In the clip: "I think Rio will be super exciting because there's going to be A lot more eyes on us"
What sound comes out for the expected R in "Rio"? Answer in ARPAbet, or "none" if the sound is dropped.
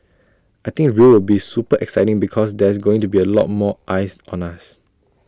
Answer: W